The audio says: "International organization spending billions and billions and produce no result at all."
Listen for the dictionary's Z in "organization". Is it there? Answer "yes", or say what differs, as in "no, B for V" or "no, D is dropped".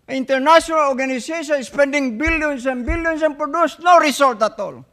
no, S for Z